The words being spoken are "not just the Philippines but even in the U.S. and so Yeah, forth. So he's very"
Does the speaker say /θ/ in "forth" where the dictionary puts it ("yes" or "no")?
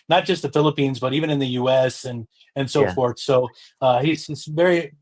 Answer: yes